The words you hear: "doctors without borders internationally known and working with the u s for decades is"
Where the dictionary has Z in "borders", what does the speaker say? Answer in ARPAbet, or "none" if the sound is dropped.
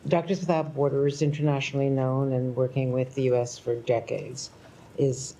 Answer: Z